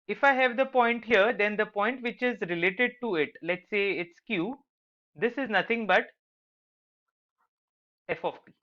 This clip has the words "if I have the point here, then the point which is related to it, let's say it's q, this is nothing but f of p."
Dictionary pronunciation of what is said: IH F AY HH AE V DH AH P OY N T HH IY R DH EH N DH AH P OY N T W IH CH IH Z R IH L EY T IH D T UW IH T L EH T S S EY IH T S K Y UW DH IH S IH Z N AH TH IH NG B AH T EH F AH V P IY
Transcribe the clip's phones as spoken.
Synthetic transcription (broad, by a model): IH F AY HH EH V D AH P OY N T HH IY R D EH N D AH P OY N T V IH CH IH Z R IH L EY T IH D T UW IH T L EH T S S EY IH T S K Y UW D IH S IH Z N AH T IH NG B AH T EH F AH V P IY